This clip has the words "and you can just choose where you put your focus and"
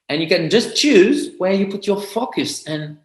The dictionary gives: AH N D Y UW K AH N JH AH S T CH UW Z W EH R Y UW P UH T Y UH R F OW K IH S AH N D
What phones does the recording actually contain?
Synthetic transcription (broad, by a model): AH N Y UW K AH N JH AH S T CH UW Z W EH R Y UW P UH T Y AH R F OW K IH S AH N